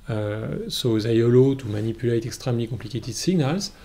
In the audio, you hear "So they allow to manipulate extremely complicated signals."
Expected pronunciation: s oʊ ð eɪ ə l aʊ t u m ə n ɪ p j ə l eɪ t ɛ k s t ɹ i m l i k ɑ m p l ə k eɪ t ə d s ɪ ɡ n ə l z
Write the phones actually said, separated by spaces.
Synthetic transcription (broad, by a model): s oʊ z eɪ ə l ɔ t u m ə n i p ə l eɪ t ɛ k s t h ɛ m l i k ɑ p l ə k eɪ t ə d s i ɡ n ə l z